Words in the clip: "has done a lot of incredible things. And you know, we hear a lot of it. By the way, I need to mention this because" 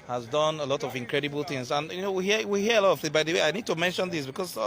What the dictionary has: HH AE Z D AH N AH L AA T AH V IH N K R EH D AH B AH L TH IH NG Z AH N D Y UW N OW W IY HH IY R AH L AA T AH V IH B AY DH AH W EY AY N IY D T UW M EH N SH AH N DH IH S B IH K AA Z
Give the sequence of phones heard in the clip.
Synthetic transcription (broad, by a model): HH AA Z D AH N AH L AA T AH V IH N K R EH D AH B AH L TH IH NG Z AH N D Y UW N OW W IY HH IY W AH L AA T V IH B AY DH AH W EY AY N IY D T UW M EH N SH AH N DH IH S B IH K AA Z